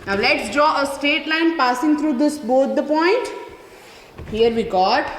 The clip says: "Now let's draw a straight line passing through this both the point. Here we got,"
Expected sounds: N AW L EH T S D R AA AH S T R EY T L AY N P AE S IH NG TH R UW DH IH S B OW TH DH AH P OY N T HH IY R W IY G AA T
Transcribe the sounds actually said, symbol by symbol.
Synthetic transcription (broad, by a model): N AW L EH T S D R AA AH S T EY T L AY N P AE S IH NG T R UW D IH S B OW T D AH P OY N T HH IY R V IY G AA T